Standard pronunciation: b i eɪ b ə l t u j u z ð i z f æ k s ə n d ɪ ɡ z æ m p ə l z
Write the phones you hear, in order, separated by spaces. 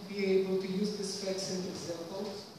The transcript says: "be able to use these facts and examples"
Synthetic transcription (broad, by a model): b i eɪ b ə l t u j u z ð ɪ s f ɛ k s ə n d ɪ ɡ z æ m p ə l